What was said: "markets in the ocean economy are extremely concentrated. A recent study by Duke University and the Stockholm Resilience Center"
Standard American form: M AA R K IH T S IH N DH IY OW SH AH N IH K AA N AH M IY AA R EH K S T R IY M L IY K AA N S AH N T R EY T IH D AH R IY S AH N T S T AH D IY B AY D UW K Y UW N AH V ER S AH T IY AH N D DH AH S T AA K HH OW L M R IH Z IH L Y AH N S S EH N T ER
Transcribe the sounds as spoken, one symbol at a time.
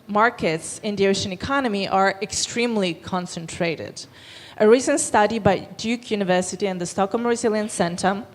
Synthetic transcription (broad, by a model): M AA R K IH T S IH N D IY OW SH AH N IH K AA N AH M IY AA R EH K S T R IY M L IY K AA N S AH N T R EY T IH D AH R IY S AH N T S T AH D IY B AY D UW K Y UW N AH V ER S AH T IY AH N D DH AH S T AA K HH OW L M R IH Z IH L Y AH N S S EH N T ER